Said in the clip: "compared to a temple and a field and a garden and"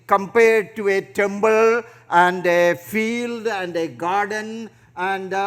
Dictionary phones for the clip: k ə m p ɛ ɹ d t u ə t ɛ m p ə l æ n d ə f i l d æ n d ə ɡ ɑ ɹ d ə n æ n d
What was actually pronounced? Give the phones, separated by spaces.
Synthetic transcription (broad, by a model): k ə m p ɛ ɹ d t u ə t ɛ m b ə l æ n d ə f i l d æ n d ə ɡ ɑ ɹ d ə n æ n d